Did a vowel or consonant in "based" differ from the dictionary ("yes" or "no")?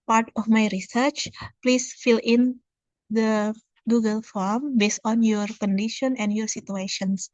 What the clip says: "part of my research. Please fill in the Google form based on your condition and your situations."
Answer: no